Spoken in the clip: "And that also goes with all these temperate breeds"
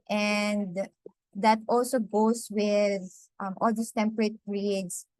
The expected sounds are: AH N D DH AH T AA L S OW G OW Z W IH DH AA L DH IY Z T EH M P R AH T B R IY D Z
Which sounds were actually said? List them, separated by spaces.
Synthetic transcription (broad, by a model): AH N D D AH T AA L S OW G OW S W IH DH AA L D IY S T EH M P R AH T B R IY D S